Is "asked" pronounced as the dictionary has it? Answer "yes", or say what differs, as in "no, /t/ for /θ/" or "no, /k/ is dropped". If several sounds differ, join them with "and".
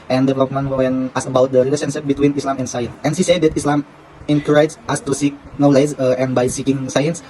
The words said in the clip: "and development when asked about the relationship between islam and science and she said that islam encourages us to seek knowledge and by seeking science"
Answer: no, /t/ is dropped